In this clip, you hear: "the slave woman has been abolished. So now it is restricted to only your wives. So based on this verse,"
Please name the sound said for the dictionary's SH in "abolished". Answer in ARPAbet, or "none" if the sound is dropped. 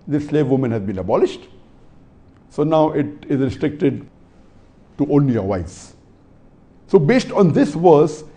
SH